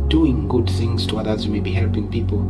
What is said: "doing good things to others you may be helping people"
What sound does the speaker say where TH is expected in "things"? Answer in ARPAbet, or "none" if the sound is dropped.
TH